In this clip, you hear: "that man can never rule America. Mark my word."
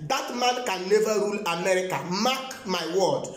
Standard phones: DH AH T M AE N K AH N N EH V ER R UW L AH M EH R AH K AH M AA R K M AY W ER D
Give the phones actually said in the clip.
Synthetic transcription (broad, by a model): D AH T M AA N K AH N L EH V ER R UW L AH M EH R AH K AH M AA K M AY W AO D